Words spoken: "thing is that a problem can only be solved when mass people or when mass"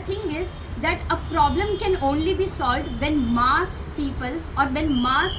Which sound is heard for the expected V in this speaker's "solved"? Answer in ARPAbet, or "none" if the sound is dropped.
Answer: V